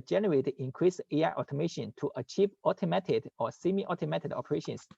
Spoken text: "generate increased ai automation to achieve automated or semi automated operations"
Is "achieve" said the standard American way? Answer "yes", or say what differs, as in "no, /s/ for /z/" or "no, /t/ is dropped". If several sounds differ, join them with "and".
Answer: yes